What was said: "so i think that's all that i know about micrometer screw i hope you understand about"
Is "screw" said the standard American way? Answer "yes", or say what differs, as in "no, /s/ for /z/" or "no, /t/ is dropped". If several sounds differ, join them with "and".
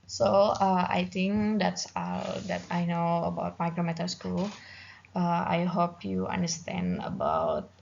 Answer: no, /l/ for /ɹ/